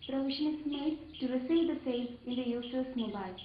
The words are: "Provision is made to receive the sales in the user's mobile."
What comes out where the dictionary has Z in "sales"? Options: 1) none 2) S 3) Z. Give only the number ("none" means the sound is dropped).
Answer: 1